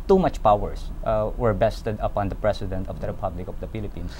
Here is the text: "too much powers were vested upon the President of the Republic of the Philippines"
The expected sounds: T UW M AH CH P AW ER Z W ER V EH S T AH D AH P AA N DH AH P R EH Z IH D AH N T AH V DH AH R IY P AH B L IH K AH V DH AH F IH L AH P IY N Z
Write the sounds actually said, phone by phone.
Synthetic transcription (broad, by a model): T UW M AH CH P AW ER S W ER B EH S T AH D AH P AA N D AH P R EH S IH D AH N T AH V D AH R IY P AH B L IH K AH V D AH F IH L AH P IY N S